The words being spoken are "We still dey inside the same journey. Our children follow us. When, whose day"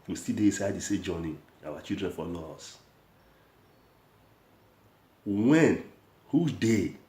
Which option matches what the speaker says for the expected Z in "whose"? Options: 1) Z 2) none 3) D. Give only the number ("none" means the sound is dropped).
2